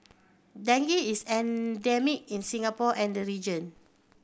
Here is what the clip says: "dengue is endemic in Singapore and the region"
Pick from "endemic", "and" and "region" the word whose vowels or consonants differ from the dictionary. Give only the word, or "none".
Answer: none